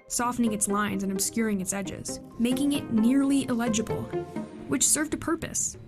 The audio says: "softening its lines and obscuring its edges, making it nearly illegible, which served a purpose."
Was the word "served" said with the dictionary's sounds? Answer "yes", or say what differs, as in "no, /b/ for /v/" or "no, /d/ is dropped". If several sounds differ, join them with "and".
yes